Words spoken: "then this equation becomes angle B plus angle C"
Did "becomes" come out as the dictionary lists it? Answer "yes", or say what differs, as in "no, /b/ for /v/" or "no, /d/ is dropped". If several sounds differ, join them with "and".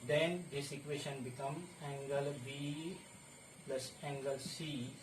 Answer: no, /z/ is dropped